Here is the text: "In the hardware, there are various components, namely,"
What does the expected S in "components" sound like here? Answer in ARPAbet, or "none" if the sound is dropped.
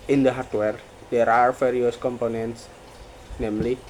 S